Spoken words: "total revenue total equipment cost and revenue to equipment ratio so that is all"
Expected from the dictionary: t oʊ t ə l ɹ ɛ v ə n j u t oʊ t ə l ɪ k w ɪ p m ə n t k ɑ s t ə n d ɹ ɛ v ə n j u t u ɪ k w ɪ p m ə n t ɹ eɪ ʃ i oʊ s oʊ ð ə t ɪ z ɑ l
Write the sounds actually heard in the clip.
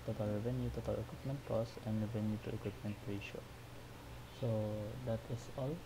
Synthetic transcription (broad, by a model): t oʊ t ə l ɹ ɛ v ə n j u t oʊ t ə l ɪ k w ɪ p m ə n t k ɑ s ə n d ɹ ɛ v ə n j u t u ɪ k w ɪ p m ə n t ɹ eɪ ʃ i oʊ s oʊ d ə t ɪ s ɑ l